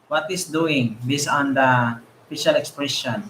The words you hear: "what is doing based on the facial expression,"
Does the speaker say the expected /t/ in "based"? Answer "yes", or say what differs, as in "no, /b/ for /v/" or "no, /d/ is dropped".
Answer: no, /t/ is dropped